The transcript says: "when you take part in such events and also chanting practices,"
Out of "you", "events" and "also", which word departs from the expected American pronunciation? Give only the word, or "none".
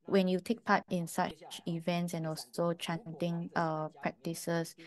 none